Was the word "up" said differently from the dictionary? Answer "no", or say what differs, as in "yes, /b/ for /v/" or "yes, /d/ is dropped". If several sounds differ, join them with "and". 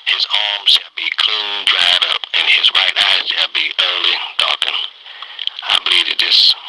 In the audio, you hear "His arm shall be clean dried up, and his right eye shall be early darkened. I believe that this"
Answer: no